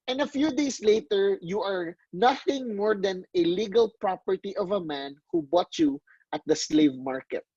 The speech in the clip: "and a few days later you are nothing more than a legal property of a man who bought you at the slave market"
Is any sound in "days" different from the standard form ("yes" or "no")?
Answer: yes